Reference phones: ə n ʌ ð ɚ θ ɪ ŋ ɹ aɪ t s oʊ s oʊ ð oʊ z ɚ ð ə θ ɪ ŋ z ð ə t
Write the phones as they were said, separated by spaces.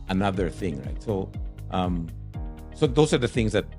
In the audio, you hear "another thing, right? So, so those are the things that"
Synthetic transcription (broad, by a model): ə n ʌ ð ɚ θ ɪ ŋ ɹ aɪ t s oʊ s oʊ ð oʊ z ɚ ð ə θ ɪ ŋ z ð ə t